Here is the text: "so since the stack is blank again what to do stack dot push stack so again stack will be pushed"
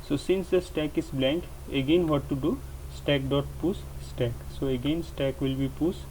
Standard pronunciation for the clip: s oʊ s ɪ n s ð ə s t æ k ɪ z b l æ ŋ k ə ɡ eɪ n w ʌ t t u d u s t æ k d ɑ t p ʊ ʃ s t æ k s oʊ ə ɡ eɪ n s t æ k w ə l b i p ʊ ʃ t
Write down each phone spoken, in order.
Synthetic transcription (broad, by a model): s oʊ s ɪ n s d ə s t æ k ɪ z b l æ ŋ k ə ɡ eɪ n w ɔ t t u d u s t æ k d ɑ t p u s s t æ k s oʊ ə ɡ eɪ n s t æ k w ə l b i p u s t